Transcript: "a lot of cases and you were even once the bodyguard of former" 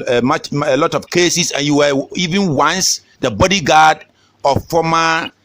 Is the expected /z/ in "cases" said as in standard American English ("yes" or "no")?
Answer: no